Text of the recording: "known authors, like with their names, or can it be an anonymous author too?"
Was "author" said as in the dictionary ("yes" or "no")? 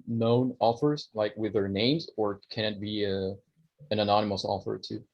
no